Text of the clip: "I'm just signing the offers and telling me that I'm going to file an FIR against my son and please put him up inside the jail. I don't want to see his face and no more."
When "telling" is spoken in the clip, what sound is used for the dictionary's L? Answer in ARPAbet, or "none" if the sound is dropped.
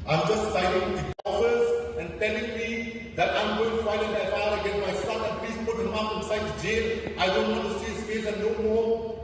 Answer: N